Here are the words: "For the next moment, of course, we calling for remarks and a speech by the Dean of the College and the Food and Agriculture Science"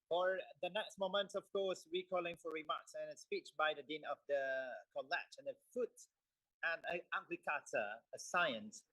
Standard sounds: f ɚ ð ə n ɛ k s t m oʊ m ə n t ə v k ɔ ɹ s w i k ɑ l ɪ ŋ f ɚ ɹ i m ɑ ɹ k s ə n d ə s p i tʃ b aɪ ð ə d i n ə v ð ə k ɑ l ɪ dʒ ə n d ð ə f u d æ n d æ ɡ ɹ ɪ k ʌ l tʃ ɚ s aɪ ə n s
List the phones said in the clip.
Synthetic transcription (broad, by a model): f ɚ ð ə n ɛ k s t m oʊ m ə n t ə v k ɔ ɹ s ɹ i k ɑ l ɪ ŋ f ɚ ɹ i m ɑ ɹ k s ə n ə s p i tʃ b aɪ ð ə d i n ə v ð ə k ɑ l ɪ tʃ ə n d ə f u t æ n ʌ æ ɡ l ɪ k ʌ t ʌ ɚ s aɪ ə n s